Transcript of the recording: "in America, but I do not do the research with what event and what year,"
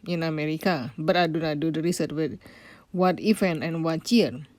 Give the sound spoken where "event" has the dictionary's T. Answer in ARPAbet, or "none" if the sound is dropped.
none